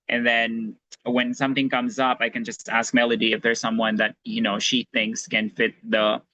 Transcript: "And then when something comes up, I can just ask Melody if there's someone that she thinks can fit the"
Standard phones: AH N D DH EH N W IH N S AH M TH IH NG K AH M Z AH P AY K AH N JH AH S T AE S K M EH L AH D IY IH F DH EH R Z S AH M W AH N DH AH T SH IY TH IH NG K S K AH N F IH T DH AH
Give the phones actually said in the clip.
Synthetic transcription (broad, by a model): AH N DH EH N W IH N S AH M TH IH NG K AH M Z AH P AY K AH N JH AH S T AE S K M EH L AH D IY IH F DH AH R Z S AH M W AH N DH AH T SH IY TH IH NG K S K AH N F IH T DH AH